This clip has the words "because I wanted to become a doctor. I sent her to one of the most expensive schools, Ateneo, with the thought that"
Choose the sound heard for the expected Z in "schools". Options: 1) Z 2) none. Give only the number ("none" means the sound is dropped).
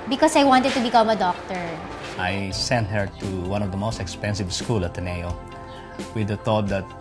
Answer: 2